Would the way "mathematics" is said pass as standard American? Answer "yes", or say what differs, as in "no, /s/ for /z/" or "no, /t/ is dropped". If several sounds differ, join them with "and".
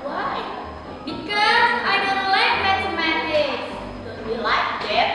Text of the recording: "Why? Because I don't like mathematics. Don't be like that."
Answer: no, /s/ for /θ/ and /k/ is dropped